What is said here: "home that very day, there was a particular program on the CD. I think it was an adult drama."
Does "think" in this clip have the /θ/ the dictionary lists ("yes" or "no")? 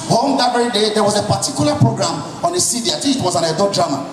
no